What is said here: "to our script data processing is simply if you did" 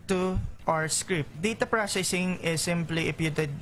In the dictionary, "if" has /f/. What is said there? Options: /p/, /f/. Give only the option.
/p/